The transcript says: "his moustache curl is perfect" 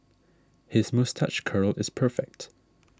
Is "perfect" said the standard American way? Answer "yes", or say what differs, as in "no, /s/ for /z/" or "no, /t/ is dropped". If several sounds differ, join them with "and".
yes